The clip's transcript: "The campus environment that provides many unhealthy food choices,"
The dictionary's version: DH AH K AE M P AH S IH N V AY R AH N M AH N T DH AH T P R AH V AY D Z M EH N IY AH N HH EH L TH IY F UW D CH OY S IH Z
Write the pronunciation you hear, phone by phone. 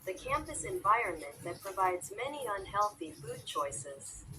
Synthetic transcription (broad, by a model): DH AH K AE M P AH S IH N V AY R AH N M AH N DH AH T P R AH V AY D Z M EH N IY AH N HH EH L TH IY F UW D CH OY S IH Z